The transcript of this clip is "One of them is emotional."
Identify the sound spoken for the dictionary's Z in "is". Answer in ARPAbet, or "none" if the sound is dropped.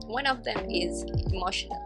Z